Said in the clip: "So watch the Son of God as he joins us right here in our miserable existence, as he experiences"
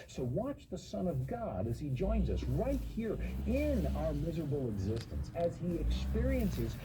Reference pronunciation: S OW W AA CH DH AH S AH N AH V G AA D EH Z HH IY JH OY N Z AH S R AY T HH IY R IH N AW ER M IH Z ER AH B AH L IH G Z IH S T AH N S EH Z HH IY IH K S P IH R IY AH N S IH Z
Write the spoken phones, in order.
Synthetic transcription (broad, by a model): S OW W AA CH DH AH S AH N AH V G AA D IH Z IY JH OY N Z AH S R AY T HH IY R IH N AW ER M IH Z ER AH B L IH G Z IH S T AH N S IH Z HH IY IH K S P IH R IY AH N S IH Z